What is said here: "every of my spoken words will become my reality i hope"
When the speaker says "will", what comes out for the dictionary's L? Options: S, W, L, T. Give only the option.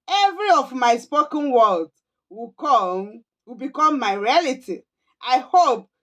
W